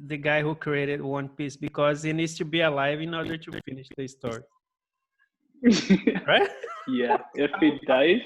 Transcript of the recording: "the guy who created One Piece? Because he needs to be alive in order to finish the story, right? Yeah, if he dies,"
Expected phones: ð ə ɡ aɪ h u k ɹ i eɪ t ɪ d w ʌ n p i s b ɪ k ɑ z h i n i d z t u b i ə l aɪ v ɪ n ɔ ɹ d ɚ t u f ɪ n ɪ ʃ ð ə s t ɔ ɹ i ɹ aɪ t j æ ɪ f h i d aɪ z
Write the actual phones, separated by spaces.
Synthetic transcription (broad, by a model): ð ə ɡ aɪ h u k ɹ i eɪ t ɪ d w ʌ n p i s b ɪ k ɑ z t n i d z t u b i ə l aɪ v ɪ n ɔ ɹ d ɚ t u f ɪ n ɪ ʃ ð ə s t ɔ ɹ i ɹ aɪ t j æ ɪ f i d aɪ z